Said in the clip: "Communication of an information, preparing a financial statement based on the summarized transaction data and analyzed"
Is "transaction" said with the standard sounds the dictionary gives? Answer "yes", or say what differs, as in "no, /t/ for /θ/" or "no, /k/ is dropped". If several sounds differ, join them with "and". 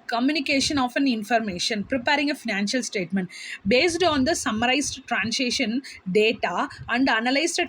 no, /s/ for /z/ and /k/ is dropped